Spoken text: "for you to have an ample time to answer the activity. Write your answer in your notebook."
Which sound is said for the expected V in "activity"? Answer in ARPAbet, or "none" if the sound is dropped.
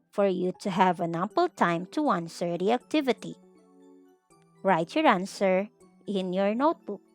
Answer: V